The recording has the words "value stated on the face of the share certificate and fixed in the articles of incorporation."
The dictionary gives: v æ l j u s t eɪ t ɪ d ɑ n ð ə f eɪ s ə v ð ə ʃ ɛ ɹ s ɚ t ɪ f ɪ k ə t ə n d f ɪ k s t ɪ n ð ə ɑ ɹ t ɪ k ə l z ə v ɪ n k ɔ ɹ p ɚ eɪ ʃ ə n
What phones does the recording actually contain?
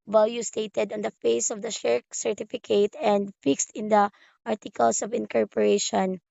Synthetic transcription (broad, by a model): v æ l j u s t eɪ t ɪ d ɑ n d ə f eɪ s ə v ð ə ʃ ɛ ɹ s ɚ t ɪ f ɪ k ə t ə n d f ɪ k s t ɪ n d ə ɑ ɹ t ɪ k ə l s ə v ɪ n k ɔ ɹ p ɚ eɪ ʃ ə n